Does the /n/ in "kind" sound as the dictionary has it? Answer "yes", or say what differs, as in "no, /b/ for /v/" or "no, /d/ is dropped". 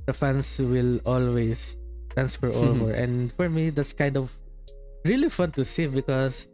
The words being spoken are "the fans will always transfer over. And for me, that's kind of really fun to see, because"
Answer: yes